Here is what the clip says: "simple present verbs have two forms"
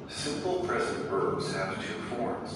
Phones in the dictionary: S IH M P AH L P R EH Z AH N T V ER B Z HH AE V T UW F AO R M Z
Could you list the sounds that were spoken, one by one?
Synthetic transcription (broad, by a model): S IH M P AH L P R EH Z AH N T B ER Z HH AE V T UW F AO R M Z